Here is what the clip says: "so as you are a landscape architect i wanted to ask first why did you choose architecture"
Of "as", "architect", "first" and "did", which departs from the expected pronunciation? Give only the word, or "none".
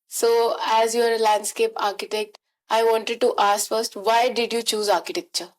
none